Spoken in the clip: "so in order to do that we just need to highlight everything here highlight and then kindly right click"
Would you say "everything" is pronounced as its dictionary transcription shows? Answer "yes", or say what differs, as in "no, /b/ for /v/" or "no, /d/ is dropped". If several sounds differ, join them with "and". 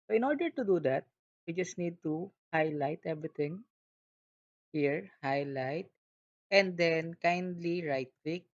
no, /t/ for /θ/